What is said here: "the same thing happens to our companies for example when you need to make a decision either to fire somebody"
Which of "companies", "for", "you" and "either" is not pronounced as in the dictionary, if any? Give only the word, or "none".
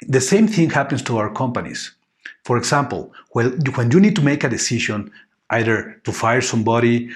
companies